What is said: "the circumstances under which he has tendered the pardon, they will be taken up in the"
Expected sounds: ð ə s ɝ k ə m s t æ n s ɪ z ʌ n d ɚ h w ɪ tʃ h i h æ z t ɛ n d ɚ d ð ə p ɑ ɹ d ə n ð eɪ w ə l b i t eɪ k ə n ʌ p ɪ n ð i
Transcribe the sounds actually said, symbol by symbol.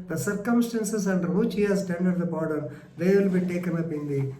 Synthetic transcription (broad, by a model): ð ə s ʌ k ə m s t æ n s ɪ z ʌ n d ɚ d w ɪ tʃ h i h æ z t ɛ n d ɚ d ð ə b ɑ ɹ d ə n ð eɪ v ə l b i t eɪ k ə n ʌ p ɪ n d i